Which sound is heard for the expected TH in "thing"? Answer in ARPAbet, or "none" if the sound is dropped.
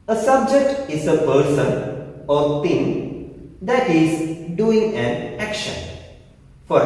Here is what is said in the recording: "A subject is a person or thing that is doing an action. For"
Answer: T